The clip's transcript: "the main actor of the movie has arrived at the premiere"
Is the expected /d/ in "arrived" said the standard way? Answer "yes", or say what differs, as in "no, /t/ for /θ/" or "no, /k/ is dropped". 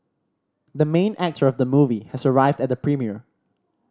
yes